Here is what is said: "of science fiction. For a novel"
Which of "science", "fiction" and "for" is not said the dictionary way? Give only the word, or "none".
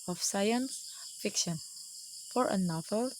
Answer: none